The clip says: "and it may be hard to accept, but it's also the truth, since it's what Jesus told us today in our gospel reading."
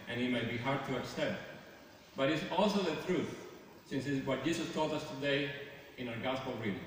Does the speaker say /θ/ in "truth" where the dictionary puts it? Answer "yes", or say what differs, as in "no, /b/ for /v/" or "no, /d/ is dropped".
no, /t/ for /θ/